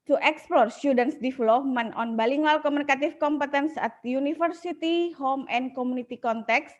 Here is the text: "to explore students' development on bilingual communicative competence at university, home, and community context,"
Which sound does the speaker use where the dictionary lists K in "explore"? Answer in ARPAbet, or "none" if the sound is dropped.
K